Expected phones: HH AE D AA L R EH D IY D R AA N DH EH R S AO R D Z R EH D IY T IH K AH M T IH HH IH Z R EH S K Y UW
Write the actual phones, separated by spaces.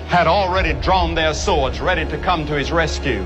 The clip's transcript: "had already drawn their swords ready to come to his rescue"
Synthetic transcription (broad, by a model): HH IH D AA L R EH D IY D R AA N DH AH R S AO R D Z R EH D IY T IH K AH M T IH IH Z R EH S K Y UW